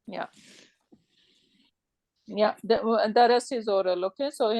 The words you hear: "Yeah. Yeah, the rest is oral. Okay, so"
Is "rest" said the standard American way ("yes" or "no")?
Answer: no